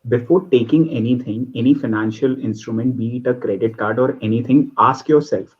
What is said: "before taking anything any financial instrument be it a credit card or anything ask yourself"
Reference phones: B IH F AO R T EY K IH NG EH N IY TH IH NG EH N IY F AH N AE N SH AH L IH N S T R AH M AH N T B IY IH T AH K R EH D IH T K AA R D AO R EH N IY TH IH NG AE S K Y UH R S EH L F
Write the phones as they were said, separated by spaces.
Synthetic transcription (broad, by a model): B IH F AO R T EY K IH NG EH N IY T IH NG EH N IY F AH N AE N SH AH L IH N S T R AH M AH N T B IY T AH K R EH D IH T K AA R D AO R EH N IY T IH NG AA S K Y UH R S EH L F